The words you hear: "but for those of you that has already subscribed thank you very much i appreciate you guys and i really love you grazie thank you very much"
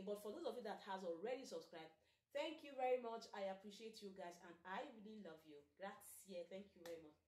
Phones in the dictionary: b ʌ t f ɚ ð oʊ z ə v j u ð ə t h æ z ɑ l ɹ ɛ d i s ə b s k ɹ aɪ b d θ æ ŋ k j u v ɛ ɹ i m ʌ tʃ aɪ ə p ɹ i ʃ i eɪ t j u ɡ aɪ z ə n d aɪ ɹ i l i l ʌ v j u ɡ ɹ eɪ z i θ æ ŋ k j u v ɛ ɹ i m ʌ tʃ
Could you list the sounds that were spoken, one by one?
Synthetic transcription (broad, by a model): b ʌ t f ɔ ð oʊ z ə v j u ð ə t h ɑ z ɑ l ɹ ɛ d i s ə b s k ɹ aɪ b d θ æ ŋ k j u v ɛ ɹ i m ʌ tʃ aɪ ə p ɹ i ʃ i eɪ t j u ɡ aɪ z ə n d aɪ w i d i l ʌ v j u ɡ ɹ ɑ s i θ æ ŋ k j u v ɛ ɹ i m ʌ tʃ